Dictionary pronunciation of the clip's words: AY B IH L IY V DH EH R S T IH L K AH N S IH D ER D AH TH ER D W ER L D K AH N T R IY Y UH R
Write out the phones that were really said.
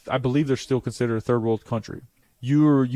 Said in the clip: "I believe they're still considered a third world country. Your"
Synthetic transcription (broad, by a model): AY B IH L IY V DH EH R S T IH L K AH N S IH D ER AH TH ER D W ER L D K AH N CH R IY Y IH R